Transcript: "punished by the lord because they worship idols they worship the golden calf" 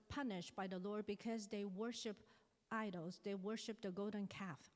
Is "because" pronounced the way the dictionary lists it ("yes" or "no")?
yes